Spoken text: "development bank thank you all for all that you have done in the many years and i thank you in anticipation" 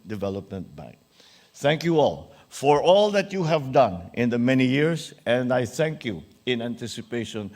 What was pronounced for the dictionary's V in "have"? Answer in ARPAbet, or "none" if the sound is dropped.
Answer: V